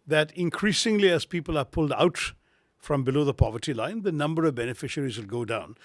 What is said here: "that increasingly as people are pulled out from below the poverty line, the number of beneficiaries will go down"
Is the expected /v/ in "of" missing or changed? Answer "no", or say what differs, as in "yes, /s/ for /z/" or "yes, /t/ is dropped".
no